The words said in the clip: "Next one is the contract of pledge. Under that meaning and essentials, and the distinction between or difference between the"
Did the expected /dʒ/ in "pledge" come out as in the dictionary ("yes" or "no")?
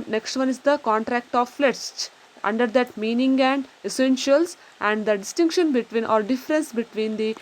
no